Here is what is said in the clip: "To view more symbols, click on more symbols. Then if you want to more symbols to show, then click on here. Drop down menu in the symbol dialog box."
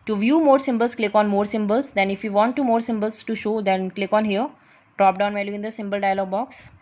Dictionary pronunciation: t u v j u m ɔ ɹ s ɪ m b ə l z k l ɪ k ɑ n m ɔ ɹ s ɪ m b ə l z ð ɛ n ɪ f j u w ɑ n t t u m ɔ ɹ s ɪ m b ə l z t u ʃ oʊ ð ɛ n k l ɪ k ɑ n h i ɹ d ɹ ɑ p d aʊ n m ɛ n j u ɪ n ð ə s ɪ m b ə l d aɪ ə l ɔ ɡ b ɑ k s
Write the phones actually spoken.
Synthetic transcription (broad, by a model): t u v j u m ɔ ɹ s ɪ m b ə l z k l ɪ k ɑ n m ɔ ɹ s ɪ m b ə l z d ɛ n ɪ f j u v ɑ n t t u m ɔ ɹ s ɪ m b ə l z t u ʃ oʊ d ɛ n k l ɪ k ɑ n h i ɹ d ɹ ɑ p d aʊ n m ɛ l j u ɪ n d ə s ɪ m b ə l d aɪ ə l ɔ ɡ b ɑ k s